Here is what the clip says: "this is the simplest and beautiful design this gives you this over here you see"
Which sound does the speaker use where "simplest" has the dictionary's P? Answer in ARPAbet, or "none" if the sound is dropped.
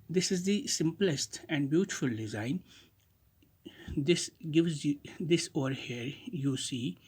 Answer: P